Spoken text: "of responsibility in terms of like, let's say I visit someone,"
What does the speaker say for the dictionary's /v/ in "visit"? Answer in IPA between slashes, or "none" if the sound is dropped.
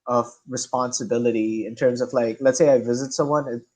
/v/